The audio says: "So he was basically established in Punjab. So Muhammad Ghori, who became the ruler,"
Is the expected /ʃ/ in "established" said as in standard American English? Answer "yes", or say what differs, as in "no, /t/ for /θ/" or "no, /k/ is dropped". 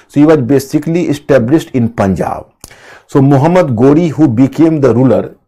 no, /s/ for /ʃ/